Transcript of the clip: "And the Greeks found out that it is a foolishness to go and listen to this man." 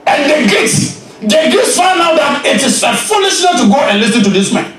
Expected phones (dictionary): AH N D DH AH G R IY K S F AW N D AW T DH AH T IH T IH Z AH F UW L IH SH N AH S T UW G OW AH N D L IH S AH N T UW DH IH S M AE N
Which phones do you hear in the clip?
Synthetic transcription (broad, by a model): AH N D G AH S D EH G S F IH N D AW T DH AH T IH T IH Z AH F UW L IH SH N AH T UW G OW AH N L IH S AH N T UW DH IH S M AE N